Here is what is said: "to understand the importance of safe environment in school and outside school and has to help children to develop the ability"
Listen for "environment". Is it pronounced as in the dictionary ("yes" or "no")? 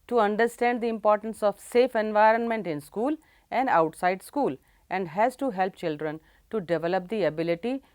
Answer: yes